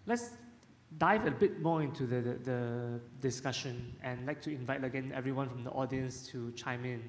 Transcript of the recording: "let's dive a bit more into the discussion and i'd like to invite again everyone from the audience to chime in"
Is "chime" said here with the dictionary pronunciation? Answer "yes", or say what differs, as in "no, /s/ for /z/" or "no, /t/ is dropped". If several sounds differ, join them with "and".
yes